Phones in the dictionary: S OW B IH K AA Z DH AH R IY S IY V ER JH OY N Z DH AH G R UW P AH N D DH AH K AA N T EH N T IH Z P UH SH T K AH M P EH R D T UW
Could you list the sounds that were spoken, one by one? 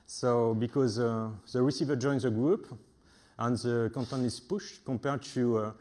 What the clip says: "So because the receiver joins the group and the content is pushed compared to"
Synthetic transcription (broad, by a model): S OW B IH K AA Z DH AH R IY S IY V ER JH OY N Z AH G R UW P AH N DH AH K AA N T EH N IH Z P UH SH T K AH P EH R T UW